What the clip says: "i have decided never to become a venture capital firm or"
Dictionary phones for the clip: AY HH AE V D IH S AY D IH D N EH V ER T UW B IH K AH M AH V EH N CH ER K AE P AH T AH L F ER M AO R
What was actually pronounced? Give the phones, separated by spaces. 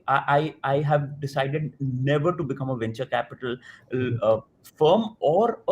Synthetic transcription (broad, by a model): AY HH AE V D IH S AY D IH D N EH V ER T UW B IH K AH M AH V EH N CH ER K AE P AH T AH L F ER M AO R